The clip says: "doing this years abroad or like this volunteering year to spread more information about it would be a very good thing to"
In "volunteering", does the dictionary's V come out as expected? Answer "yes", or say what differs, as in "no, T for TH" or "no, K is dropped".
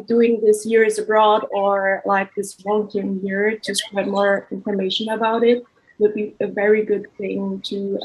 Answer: no, W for V